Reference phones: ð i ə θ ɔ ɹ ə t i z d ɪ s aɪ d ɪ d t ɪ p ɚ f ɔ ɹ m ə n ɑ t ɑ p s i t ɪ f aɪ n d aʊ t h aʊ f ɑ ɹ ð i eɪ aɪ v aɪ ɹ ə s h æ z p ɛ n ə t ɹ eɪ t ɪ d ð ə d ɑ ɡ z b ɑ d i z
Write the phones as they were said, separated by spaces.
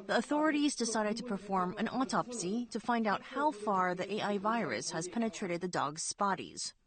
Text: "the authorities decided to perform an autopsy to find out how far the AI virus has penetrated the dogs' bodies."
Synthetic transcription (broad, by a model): ð i ə θ ɔ ɹ ə t i z d ɪ s aɪ d ɪ d t ɪ p ɚ f ɔ ɹ m ə n ɑ t ɑ p s i t ɪ f aɪ n d aʊ t h aʊ f ɑ ɹ ð i eɪ aɪ v aɪ ɹ ə s h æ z p ɛ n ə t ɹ eɪ t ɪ d ð ə d ɑ ɡ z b ɑ d i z